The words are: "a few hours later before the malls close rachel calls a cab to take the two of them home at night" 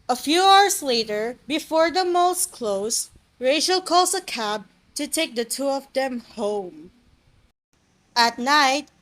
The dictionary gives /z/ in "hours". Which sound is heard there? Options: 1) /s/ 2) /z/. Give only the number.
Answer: 1